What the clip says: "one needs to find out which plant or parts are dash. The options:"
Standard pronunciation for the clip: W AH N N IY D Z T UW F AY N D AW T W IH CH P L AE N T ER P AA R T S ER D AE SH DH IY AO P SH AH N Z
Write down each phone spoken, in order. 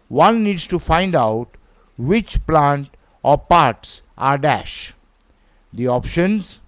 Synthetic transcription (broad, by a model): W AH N N IY D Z T UW F AY N D AW T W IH CH P L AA N T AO P AA R T S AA D AE SH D IY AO P SH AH N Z